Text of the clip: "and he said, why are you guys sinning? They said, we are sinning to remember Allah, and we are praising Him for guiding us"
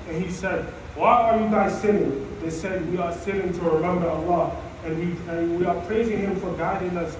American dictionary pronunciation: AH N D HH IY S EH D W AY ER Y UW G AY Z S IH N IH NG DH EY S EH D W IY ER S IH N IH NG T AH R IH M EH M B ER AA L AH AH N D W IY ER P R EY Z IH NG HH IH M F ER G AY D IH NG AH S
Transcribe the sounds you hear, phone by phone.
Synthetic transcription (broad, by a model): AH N HH IY S EH D W AY ER Y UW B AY S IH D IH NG DH EY S EH D W IY ER S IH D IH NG T AH R IH M EH M B ER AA L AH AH N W W IY ER P R EY Z IH NG HH IH M F ER G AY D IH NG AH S